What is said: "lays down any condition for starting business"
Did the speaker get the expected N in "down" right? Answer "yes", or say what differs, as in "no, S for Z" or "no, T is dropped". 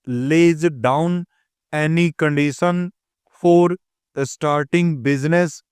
yes